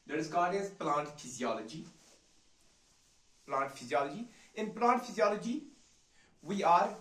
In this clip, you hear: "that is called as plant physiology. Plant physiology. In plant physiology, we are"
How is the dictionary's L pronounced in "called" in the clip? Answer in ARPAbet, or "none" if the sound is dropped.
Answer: none